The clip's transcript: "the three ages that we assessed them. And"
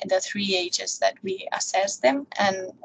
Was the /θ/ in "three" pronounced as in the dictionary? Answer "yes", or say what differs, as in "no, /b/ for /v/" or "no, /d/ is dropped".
yes